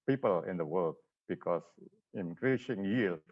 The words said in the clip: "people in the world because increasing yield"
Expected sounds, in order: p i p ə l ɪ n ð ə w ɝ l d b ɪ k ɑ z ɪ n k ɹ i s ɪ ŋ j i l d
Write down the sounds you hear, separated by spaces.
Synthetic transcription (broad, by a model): p i p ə l ɪ n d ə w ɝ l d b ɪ k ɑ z ɪ n k ɹ i s ɪ ŋ j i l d